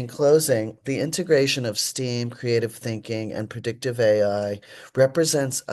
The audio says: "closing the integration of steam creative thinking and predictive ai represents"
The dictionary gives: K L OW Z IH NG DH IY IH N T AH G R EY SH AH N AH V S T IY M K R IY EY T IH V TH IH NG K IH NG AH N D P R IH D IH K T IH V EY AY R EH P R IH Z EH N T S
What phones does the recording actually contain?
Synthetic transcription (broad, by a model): K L OW Z IH NG DH IY IH N T AH G R EY SH AH N AH V S T IY M K R IY EY T IH V TH IH NG K IH NG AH N P R IH D IH K T IH V EY AY R EH P R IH Z EH N T S